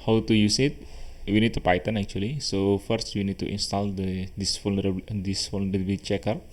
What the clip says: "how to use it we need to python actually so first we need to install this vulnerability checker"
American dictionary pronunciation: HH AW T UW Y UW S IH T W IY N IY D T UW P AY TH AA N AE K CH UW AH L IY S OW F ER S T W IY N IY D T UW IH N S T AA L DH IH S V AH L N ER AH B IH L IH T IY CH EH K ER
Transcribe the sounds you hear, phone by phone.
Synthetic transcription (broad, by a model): HH AW T UW Y UW S IH T W IY N IY D T UW P AY T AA N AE K CH UW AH L IY S OW F ER S T W IY N IY D T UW IH N S T AA L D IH S F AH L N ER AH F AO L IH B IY CH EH K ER